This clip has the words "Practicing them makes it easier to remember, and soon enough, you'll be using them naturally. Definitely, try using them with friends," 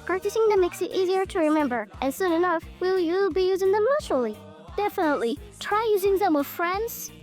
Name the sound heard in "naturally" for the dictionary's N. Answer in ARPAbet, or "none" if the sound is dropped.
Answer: L